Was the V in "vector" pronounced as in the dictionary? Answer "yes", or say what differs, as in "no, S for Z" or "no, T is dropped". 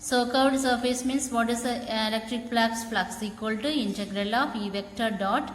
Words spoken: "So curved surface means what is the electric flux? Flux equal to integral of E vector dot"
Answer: yes